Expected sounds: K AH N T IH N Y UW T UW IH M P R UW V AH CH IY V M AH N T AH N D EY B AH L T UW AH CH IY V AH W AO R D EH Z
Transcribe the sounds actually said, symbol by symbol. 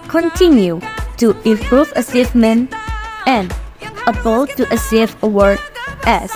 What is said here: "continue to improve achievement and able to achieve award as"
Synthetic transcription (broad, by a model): K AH N T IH N Y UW T UW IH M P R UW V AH S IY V M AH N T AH N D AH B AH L T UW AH S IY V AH W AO R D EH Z